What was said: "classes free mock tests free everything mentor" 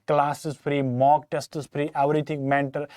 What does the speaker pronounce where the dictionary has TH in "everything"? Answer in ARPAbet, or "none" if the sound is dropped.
T